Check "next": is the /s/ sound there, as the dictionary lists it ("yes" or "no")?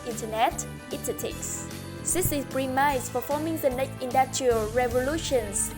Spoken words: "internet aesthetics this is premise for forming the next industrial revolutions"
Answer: no